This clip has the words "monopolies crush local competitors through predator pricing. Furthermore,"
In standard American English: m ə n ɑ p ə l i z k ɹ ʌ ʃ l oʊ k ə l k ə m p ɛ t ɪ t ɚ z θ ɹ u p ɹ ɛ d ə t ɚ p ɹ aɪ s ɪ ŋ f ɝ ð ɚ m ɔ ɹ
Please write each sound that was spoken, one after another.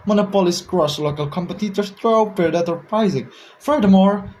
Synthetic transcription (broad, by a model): m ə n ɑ p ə l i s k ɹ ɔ s l oʊ k ə l k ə m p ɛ t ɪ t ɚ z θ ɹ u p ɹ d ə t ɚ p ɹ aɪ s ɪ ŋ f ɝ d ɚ m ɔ ɹ